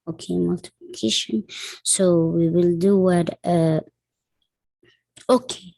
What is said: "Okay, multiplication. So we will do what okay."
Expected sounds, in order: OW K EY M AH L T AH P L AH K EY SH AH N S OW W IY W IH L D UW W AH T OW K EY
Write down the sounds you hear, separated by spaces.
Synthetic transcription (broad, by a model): OW K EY M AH L T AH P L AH K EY SH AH N S OW W IY W IH L D UW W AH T OW K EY